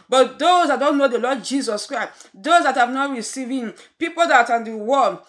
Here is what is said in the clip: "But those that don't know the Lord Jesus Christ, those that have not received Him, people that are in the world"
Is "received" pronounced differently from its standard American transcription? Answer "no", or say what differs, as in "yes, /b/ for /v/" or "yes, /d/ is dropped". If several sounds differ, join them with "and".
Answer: yes, /d/ is dropped